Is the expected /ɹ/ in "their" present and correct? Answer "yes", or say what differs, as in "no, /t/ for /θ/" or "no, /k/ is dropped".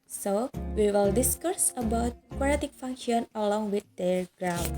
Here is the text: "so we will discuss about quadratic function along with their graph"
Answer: no, /l/ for /ɹ/